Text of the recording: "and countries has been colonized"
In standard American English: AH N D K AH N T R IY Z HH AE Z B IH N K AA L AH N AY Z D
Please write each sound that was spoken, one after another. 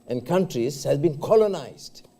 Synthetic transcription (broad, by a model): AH N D K AH N T R IY Z HH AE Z B IH N K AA L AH N AY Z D